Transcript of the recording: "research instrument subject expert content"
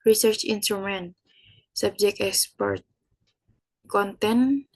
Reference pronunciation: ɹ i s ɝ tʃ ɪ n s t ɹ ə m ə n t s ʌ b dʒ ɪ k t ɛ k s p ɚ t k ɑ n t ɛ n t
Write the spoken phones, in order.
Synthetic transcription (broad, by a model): ɹ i s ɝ tʃ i n s t ɹ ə m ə n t s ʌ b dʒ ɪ k ɛ k s p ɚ t k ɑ n t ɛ n